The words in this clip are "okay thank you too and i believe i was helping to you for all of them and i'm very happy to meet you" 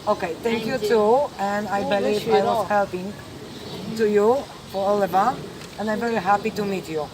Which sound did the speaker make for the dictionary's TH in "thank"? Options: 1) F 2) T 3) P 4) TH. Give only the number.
2